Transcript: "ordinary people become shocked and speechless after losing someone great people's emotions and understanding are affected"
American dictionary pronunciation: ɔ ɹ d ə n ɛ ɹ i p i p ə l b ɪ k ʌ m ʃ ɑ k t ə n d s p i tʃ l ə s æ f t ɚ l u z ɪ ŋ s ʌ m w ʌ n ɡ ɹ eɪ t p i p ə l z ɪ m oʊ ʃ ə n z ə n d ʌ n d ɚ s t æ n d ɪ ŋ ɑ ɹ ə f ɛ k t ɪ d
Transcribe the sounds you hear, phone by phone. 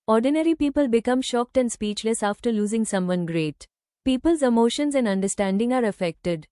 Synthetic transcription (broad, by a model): ɔ ɹ d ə n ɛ ɹ i p i p ə l b ɪ k ʌ m ʃ ɑ k t ə n d s p i tʃ l ə s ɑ f t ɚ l u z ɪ ŋ s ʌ m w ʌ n ɡ ɹ eɪ t p i p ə l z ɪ m oʊ ʃ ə n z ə n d ʌ n d ɚ s t æ n d ɪ ŋ ɑ ɹ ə f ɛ k t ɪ d